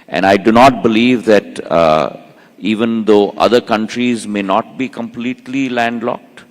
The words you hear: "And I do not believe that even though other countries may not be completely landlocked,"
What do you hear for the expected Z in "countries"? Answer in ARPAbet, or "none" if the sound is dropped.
Z